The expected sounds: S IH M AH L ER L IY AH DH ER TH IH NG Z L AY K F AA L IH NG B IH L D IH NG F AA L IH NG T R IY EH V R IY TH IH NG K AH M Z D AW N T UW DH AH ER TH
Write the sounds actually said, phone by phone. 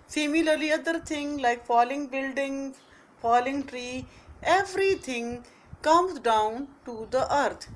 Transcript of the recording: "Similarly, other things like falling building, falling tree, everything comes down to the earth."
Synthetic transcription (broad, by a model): S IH M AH L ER L IY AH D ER T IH NG L AY K F AA L IH NG B IH L D IH NG F AA L IH NG T R IY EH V R IY T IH NG K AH M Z D AW N T UW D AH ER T